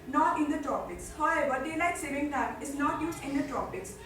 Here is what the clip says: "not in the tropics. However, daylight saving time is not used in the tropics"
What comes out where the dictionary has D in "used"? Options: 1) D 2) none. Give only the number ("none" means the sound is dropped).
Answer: 2